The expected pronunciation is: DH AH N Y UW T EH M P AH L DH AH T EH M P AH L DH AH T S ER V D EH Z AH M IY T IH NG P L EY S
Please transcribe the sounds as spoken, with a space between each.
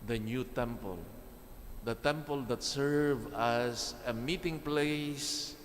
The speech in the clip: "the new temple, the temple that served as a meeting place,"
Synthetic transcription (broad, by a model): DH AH N Y UW T EH M P AH L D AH T EH M P AH L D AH T S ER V AA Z AH M IY T IH NG P L EY S